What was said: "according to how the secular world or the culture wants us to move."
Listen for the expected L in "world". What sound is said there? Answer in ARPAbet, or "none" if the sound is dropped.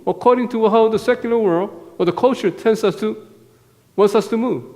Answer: L